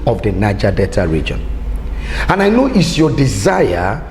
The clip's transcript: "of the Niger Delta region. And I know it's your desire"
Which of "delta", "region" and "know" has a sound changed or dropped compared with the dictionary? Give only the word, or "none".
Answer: delta